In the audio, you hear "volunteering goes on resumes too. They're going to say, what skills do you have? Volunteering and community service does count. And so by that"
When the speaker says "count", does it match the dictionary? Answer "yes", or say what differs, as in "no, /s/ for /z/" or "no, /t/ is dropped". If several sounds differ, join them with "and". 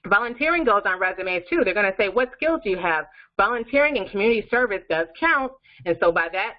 yes